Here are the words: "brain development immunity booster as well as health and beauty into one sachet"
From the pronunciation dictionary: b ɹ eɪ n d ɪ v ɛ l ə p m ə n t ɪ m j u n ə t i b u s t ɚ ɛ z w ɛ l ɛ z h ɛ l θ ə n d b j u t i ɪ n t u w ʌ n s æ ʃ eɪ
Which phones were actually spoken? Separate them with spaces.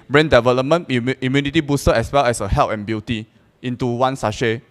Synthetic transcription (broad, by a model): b ɹ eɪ n d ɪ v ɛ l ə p m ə n ɪ m j u n ə t i b u s t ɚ ɛ s w ɛ l ɛ s h ɛ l t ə n b j u t i ɪ n t u w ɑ n s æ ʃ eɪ